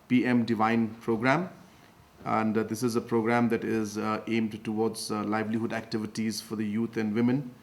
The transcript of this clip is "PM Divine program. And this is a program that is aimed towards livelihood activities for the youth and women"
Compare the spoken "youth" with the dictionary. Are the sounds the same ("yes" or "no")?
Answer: no